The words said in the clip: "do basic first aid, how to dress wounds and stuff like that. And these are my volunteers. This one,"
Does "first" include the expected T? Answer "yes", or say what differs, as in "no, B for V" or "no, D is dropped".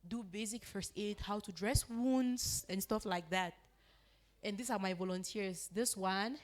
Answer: yes